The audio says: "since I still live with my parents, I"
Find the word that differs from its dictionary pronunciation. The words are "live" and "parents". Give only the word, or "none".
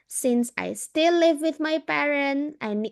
parents